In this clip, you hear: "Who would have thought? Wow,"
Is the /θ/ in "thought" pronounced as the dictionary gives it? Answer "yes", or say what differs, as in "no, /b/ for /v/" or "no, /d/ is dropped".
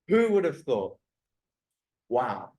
yes